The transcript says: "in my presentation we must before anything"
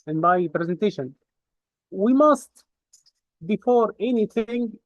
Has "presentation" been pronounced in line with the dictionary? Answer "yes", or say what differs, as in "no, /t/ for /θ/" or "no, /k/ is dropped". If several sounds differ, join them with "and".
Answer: yes